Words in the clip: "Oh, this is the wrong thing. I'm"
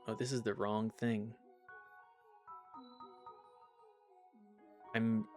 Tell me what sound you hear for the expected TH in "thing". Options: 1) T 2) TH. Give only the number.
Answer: 2